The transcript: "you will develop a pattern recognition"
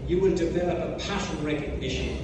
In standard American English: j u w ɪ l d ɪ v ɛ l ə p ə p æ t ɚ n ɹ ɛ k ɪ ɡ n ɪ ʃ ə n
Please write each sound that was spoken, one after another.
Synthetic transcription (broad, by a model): j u w ɪ l d ɪ v ɛ l ə p ə p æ s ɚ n ɹ ɛ k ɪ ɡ n ɪ ʃ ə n